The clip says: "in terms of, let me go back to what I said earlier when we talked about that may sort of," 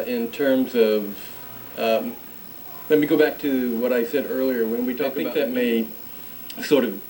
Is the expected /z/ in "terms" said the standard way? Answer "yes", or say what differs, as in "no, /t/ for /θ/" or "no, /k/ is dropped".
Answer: yes